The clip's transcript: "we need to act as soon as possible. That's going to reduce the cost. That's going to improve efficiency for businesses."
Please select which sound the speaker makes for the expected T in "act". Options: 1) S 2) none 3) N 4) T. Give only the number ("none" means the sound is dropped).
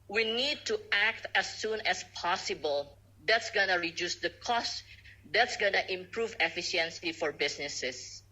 4